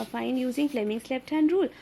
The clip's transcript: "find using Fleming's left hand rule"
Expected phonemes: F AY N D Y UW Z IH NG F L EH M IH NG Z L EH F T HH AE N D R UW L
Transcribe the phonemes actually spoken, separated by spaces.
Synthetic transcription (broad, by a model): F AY N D Y UW Z IH NG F L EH M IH NG S L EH P T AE N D R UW L